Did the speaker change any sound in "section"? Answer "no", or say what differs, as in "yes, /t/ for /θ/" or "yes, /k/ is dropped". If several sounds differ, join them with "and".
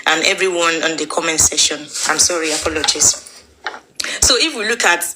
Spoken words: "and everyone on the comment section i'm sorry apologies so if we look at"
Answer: yes, /k/ is dropped